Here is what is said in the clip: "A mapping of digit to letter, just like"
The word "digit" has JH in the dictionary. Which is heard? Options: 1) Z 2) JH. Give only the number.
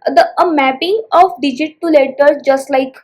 2